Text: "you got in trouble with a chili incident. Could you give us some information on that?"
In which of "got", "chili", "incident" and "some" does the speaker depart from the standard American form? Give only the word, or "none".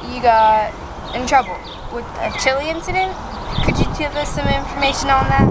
none